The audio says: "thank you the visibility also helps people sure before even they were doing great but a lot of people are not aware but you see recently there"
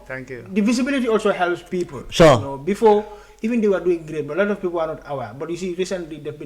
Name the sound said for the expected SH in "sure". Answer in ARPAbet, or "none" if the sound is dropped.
S